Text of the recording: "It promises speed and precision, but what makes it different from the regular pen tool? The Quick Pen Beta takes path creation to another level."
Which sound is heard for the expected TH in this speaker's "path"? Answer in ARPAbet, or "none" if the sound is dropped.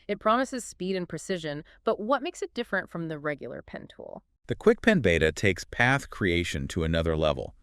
TH